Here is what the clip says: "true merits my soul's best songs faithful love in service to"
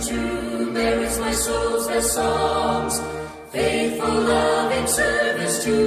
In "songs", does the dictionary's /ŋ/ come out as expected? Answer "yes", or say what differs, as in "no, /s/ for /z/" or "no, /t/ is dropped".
no, /ŋ/ is dropped